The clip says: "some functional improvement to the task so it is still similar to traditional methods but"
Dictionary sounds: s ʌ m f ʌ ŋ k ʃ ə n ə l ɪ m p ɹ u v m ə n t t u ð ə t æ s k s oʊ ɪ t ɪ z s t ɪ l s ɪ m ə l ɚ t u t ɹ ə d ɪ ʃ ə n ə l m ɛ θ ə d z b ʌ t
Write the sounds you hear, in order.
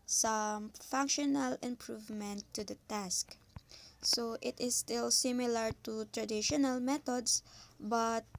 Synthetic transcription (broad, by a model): s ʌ m f ʌ ŋ k ʃ ə n ə l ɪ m p ɹ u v m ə n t t u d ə t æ s k s oʊ ɪ t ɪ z s t ɪ l s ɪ m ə l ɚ t u t ɹ ə d ɪ ʃ ə n ə l m ɛ t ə d s b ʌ t